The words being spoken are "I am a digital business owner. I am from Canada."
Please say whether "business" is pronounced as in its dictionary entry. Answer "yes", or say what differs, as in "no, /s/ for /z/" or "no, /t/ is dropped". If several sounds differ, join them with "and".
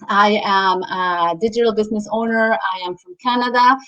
yes